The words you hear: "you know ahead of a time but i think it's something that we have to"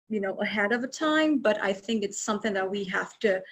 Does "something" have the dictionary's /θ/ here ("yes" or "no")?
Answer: yes